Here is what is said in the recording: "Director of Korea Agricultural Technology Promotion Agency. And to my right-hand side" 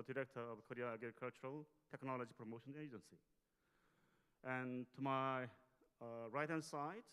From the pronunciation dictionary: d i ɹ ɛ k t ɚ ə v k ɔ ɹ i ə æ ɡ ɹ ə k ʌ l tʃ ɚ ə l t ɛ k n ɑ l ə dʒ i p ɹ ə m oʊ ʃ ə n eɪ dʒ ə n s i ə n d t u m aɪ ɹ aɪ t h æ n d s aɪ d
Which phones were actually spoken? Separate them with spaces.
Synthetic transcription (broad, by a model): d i ɹ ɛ k t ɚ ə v k ɔ ɹ i ə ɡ ə k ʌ l tʃ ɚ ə l t ɛ k n ɑ l ə dʒ i p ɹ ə m oʊ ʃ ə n eɪ dʒ ə n s i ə n t u m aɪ ɹ aɪ t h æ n s aɪ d